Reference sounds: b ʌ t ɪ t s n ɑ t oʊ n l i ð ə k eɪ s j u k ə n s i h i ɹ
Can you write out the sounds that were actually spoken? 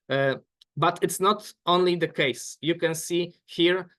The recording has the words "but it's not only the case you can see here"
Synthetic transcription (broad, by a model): b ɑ t ɪ t s n ɑ t oʊ n l i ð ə k eɪ s j u k ə n s i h i ɹ